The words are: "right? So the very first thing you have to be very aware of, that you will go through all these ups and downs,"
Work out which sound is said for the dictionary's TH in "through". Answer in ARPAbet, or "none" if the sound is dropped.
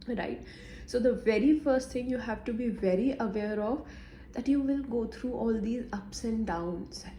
T